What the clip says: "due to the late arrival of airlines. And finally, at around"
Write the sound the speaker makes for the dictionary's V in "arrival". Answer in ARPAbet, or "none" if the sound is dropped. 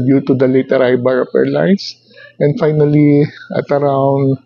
B